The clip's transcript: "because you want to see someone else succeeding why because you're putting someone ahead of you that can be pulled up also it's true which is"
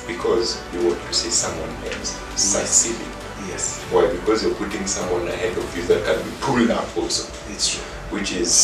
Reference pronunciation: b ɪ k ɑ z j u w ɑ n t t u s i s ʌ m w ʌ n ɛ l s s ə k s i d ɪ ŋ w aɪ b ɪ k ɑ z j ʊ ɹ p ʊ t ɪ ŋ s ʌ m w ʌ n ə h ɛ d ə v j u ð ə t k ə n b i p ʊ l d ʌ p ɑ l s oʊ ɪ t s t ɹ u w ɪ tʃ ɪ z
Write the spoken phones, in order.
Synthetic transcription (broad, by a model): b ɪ k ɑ z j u w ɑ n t t u s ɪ s ʌ m w ʌ n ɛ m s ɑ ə s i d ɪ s w aɪ b ɪ k ɑ z j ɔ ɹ p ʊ t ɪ ŋ s ʌ m w ʌ n ə h ɛ d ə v j u ð ə t k ə n b i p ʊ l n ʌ f ɑ l s oʊ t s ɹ w ɪ tʃ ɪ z